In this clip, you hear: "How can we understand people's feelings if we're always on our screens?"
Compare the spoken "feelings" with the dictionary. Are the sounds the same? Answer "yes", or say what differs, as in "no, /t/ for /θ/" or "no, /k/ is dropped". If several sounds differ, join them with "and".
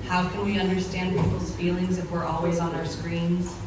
yes